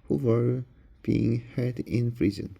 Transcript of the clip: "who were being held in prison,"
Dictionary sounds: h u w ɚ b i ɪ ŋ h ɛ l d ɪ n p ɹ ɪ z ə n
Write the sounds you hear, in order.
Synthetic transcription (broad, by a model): h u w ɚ b i ɪ ŋ h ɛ d ɪ n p ɹ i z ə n